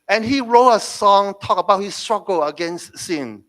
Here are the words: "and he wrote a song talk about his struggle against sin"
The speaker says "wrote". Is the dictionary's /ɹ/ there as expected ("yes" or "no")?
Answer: yes